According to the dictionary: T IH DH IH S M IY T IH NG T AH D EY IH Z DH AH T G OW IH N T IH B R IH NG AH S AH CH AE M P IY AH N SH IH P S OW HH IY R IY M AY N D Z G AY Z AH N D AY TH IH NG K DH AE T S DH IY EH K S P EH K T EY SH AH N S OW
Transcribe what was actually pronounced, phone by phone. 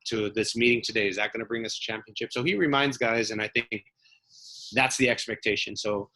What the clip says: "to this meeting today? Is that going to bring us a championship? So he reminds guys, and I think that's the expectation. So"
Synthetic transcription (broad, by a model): T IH DH IH S M IY T IH NG T AH D EY IH Z DH AH T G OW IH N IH B R IH NG AH S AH CH AE M P IY AH N SH IH P S OW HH IY R IY M AY N D Z G AY Z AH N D AY TH IH NG K DH AE T S DH IY EH K S P EH K T EY SH AH N S OW